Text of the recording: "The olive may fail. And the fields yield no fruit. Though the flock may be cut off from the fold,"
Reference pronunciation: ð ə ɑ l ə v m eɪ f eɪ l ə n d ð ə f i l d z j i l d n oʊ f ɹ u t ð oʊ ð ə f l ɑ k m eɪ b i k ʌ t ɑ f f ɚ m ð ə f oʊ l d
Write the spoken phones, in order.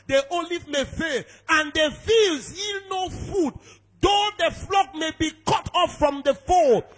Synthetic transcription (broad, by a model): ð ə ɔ l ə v m eɪ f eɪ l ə n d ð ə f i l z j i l n oʊ f u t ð oʊ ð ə f l ɑ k m eɪ b i k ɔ t ɑ f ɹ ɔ m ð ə f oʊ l